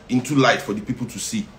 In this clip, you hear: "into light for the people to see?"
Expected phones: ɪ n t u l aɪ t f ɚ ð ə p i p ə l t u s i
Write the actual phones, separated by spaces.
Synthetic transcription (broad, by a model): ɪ n t u l aɪ t f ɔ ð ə p i p ə l t u s i